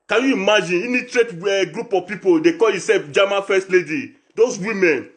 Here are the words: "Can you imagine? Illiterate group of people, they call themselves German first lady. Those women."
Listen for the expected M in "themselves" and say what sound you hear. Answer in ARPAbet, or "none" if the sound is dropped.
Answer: none